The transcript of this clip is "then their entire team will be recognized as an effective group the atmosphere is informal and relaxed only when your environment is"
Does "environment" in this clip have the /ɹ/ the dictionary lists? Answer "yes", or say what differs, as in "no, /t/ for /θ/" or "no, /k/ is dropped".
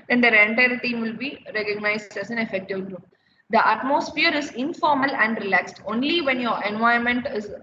no, /ɹ/ is dropped